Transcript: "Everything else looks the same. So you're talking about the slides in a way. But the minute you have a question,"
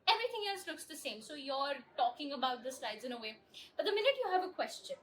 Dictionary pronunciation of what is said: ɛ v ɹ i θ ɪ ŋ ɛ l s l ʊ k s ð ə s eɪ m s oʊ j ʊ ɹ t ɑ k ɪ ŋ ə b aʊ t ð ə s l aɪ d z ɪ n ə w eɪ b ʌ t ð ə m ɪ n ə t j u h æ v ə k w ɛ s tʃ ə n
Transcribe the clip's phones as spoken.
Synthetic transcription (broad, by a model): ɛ v ɹ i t ɪ ŋ ɛ l s l ʊ k s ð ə s eɪ m s oʊ j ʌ ɹ t ɑ k ɪ ŋ ə b aʊ t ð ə s l aɪ d z ɪ n ə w eɪ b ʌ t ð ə m ɪ n ə t j u h æ v ə k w ɛ s tʃ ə n